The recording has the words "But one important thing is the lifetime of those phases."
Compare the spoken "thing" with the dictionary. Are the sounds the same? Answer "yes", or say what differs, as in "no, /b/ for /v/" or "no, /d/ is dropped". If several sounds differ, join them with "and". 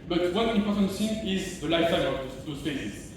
no, /s/ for /θ/